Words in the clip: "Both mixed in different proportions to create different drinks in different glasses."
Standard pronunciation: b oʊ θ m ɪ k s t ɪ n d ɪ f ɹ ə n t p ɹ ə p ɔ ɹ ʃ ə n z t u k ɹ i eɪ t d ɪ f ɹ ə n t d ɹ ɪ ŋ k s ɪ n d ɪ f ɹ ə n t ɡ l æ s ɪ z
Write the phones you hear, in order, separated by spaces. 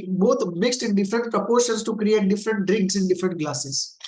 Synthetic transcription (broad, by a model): b oʊ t m ɪ k s t ɪ n d ɪ f ɹ ə n t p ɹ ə p ɔ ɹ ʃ ə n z t u k ɹ i eɪ t d ɪ f ɹ ə n t d ɹ ɪ ŋ k s ɪ n d ɪ f ɹ ə n t ɡ l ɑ s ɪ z